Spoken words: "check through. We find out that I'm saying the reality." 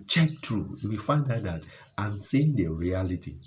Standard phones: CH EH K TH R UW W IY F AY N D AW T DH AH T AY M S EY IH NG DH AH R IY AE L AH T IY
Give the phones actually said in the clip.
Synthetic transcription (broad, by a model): CH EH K T R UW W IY F AY N D AW T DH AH T AY M S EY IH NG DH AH R IY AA L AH T IY